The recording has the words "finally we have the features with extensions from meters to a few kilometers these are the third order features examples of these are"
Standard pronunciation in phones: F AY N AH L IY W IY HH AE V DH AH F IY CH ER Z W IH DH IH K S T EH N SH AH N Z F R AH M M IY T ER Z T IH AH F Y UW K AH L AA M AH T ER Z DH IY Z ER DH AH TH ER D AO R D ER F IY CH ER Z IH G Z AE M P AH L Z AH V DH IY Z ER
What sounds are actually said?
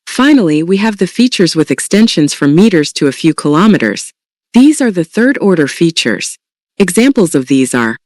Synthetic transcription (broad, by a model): F AY N L IY W IY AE V DH AH F IY CH ER Z W IH DH IH K S T EH N SH AH N Z F R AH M M IY T ER Z T IH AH F Y UW K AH L AA M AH T ER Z DH IY Z ER DH AH TH ER D AO R D ER F IY CH ER Z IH G Z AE M P L Z AH V DH IY Z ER